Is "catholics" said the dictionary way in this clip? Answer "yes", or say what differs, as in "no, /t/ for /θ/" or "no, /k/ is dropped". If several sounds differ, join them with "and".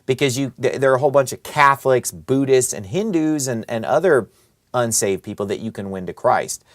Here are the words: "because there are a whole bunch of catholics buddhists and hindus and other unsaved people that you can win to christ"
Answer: yes